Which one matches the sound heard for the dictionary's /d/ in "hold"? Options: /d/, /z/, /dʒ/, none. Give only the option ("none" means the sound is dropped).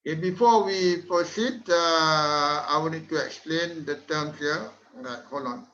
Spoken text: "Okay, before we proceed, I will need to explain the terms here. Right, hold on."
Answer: none